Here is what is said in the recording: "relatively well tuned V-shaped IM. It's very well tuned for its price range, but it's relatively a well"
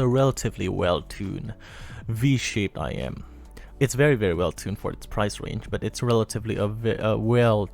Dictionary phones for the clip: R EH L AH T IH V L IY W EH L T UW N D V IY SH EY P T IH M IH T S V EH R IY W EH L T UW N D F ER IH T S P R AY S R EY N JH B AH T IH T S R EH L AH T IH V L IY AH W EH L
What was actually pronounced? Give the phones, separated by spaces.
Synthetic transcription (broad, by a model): R EH L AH T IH V L IY W EH L T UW N V IY SH EY P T IH M IH T S V EH R IY W EH L T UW N F ER IH T S P R AY S R EY N JH B AH T IH T S R EH L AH T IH V L IY AH W EH L